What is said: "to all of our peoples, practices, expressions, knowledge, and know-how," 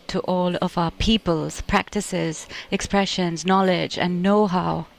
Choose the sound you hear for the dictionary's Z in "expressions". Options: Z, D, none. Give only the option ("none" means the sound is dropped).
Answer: Z